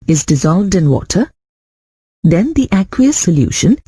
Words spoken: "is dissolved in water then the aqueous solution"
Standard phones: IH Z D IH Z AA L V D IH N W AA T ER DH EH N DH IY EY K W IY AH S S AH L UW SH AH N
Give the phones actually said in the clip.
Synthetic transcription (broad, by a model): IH Z D IH Z AA L V D IH N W AA T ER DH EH N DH IY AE K W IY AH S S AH L UW SH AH N